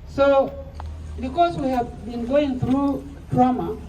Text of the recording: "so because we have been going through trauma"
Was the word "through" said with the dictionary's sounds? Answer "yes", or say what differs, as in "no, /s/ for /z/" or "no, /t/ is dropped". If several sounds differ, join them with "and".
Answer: yes